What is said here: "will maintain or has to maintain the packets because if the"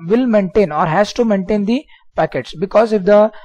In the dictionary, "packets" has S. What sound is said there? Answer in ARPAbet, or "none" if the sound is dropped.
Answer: S